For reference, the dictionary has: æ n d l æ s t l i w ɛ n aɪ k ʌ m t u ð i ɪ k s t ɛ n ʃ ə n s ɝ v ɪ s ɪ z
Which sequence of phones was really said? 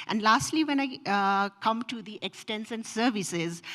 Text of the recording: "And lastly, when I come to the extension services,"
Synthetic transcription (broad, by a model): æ n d l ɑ s t l i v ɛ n aɪ k ʌ m t u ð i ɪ k s t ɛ n s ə n s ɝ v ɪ s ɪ z